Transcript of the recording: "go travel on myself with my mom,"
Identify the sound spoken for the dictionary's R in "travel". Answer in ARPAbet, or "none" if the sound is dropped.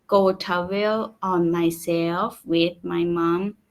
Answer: none